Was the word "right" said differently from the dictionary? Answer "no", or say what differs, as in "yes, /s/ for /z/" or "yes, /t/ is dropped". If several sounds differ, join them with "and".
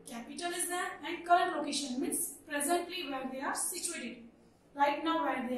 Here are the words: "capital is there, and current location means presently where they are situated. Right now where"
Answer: yes, /l/ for /ɹ/